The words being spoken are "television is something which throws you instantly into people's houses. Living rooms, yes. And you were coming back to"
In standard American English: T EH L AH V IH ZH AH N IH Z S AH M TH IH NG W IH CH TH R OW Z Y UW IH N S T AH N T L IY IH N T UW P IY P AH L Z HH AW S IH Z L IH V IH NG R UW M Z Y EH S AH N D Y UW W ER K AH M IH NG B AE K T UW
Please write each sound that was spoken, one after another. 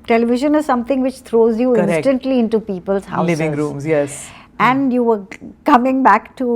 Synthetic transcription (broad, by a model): T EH L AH V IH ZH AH N IH Z S AH M T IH NG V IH CH T R OW Z Y UW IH N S T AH N T L IY IH N T UW P IY P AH L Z HH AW IH L IH V IH NG R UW M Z Y EH S AH N D Y UW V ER K AH M IH NG B AE K T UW